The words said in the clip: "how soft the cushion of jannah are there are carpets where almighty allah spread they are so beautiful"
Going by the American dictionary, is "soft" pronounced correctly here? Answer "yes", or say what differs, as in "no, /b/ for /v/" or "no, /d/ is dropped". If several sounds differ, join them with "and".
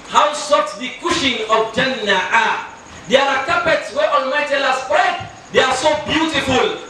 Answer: no, /f/ is dropped